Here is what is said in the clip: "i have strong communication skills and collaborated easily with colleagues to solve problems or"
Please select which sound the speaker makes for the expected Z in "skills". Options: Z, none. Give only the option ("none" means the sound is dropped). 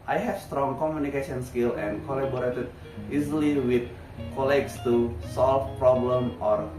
none